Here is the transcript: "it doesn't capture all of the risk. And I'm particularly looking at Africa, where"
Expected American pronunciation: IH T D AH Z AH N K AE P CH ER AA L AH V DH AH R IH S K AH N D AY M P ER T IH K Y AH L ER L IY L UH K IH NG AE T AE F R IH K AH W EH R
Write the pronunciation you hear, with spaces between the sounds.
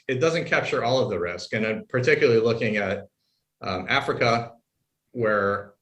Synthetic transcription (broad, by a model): IH T D AH Z AH N K AE P CH ER AA L AH V DH AH R IH S K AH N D AY M P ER T IH K Y L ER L IY L UH K IH NG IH T AE F R IH K AH W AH R